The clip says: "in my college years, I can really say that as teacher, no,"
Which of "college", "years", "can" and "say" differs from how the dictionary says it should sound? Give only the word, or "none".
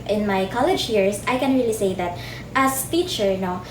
years